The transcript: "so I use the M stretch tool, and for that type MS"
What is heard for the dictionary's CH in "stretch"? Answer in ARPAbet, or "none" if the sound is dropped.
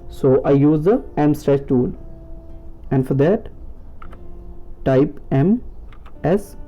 S